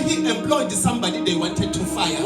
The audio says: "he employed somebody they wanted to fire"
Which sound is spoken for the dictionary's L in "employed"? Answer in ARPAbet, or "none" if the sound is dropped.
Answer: L